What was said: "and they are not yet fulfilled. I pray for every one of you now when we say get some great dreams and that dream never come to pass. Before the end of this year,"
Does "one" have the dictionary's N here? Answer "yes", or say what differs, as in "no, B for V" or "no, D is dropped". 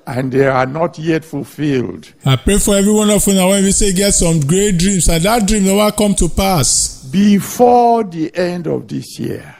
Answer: yes